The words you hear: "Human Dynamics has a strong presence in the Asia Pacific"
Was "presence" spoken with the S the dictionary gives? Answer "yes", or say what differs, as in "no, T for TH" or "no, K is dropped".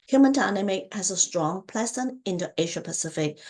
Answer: no, S is dropped